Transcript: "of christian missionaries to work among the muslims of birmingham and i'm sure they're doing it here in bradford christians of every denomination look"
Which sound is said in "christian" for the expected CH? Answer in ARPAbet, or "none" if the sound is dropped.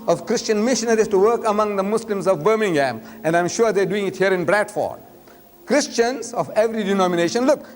CH